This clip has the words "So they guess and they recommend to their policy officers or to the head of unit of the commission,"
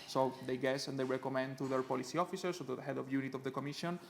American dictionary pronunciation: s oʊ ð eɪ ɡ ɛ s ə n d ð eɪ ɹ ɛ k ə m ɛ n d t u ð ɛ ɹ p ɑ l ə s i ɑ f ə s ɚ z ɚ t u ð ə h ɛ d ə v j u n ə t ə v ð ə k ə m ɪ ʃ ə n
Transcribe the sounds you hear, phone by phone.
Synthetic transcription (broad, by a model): s oʊ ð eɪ ɡ ɛ s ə n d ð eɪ ɹ ɛ k ə m ɛ n d t u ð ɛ ɹ p ɑ l ə s i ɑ f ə s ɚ s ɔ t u ð ə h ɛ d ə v j u n ə t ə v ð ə k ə m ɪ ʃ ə n